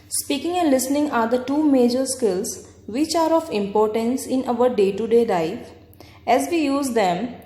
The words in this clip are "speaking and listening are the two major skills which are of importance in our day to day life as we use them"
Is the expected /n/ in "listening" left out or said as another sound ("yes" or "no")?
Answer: no